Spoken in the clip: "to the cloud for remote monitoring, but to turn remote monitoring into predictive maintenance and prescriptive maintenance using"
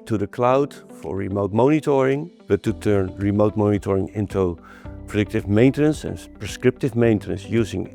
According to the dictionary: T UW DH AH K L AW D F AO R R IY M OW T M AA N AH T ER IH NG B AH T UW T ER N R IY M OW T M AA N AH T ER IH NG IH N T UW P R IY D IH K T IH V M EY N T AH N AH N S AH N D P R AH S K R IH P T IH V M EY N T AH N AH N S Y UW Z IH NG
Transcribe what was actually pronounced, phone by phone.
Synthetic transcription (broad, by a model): T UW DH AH K L AW D F AO R R IY M OW T M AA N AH T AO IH NG B AH T UW T ER N R IY M OW T M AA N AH T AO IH NG IH N T UW P R IY D IH K T IH V M EY N T AH N AH N S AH N P R AH S K R IH P T IH V M EY N T AH N AH N S Y UW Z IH NG